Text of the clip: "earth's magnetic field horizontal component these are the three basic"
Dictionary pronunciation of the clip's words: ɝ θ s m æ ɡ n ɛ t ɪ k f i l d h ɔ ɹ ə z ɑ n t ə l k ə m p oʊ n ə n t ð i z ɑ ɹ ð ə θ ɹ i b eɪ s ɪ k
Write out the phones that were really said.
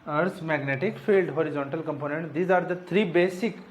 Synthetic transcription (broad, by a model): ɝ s m æ ɡ n ɛ t ɪ k f i l d h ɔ ɹ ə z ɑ n t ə l k ə m p oʊ n ə n t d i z ɑ ɹ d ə t ɹ i b eɪ s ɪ k